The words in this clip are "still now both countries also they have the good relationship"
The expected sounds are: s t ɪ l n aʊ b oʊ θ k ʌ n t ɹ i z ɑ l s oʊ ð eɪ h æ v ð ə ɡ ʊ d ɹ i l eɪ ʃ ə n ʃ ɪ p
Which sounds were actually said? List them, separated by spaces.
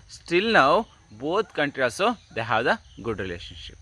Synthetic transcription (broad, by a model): s t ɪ l n aʊ b oʊ t k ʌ n t ɹ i ɑ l s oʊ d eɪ h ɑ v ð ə ɡ ʊ d ɹ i l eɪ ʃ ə n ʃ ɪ p